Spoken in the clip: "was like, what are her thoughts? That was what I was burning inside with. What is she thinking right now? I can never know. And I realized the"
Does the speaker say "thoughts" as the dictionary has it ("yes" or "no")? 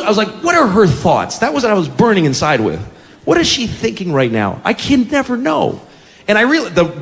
yes